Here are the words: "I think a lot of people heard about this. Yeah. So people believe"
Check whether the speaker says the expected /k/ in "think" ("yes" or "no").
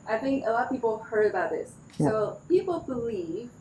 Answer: yes